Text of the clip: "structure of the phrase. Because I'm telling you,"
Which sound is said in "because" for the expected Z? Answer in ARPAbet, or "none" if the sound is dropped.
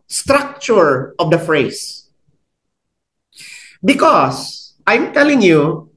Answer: S